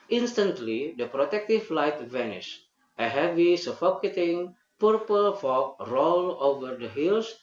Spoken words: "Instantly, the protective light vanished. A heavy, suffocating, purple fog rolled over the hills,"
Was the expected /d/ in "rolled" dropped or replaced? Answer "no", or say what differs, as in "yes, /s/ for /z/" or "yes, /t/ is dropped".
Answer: yes, /d/ is dropped